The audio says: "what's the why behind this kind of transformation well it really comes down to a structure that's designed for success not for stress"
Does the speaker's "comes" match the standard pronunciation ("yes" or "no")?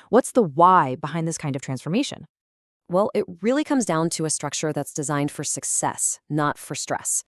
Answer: yes